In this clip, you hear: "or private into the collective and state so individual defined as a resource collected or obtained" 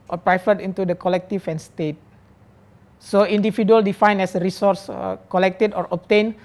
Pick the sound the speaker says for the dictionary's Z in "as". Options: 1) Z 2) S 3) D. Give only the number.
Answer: 2